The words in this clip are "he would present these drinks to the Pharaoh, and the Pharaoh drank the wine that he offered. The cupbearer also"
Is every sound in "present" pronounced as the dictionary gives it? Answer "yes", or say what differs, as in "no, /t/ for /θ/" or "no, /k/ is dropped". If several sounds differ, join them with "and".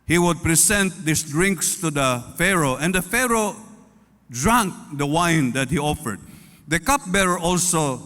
no, /s/ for /z/